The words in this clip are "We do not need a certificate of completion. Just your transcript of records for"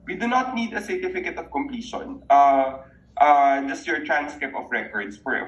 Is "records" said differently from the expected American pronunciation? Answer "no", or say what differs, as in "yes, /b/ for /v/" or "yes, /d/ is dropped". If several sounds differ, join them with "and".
yes, /s/ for /z/